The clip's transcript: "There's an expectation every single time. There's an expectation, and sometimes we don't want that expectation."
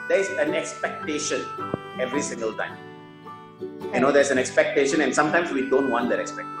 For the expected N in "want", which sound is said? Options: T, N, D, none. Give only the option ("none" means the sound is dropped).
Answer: N